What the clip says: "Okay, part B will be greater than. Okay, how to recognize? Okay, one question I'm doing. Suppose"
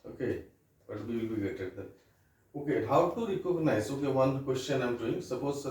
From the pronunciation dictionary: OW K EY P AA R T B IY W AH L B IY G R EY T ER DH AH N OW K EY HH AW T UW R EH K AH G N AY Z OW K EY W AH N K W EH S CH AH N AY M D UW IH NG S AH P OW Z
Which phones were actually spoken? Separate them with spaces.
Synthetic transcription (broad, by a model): OW K EY B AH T B IY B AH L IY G EY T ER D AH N OW K EY HH AW T UW R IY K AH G N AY S OW K EY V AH N K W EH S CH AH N AY M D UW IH NG S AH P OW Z